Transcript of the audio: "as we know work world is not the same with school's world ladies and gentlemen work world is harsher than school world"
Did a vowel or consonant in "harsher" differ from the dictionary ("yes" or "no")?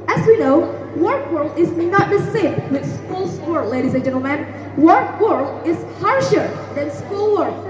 no